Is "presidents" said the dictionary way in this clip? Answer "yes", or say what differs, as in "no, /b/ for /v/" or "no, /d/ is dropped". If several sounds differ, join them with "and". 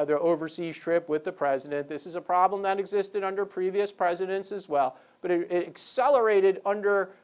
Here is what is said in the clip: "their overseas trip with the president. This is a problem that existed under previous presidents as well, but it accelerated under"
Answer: yes